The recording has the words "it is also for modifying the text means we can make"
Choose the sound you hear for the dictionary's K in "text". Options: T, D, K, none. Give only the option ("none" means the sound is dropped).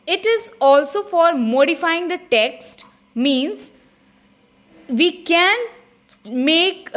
K